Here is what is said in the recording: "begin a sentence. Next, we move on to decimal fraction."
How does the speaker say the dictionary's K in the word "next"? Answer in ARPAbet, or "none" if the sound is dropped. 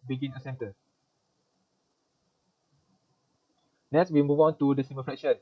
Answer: none